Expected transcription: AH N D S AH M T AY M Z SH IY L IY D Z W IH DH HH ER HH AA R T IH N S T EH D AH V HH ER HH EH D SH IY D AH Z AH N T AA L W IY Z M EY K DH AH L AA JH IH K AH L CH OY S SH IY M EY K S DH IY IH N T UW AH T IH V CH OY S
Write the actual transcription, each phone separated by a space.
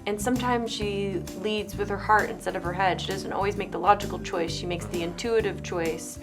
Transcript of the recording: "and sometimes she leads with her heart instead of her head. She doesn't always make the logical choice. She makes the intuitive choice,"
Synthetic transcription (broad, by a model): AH N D S AH M T AY M Z SH IY L IY D Z W IH DH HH ER HH AA R T IH N S T EH D AH V ER HH EH D SH IY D AH Z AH N T AA L W IY Z M EY K DH AH L AA JH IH K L CH OY S SH IY M EY K S DH IY IH N T UW AH T IH V CH OY S